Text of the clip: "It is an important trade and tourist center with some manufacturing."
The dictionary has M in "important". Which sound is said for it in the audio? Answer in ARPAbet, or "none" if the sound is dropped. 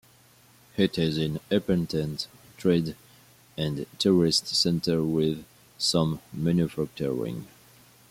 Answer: none